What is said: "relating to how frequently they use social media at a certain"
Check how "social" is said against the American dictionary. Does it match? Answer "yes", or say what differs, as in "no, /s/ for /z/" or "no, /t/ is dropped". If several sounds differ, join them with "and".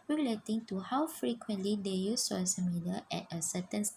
no, /s/ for /ʃ/